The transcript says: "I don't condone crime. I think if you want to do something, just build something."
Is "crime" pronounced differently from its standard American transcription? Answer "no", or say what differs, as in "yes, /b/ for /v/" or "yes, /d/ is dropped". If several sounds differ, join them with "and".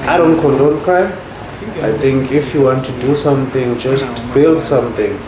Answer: yes, /ɹ/ is dropped and /m/ is dropped